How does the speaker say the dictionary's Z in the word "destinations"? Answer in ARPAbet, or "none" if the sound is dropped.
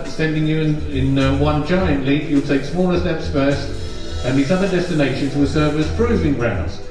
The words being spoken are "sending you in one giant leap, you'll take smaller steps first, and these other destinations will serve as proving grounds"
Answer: Z